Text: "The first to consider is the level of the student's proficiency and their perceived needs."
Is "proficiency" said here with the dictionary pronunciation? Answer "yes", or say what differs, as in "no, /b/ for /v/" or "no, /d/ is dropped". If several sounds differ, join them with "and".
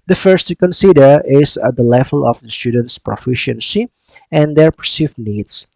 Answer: yes